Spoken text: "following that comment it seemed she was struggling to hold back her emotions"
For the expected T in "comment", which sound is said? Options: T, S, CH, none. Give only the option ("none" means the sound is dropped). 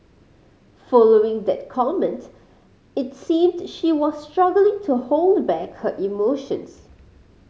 T